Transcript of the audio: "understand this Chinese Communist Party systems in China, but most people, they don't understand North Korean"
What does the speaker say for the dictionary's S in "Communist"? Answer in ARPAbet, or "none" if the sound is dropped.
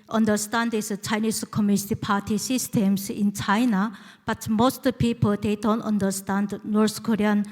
none